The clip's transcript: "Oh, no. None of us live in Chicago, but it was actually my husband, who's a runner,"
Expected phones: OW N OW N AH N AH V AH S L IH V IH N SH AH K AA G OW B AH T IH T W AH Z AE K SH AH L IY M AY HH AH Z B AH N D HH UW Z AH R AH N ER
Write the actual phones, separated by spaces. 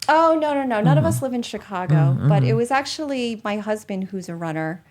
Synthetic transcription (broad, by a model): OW N OW N AH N AH V AH S L IH V IH N SH AH K AA G OW B AH T IH T W AH Z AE K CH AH L IY M AY HH AH Z B AH N D HH UW Z AH R AH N ER